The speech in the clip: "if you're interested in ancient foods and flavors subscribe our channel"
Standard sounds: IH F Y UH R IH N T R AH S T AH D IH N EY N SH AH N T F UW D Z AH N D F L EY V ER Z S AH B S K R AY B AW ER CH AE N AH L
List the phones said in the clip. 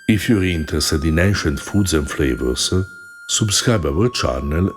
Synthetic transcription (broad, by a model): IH F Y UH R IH N T AH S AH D IH N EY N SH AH N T F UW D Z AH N F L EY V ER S S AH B S K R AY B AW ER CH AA N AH L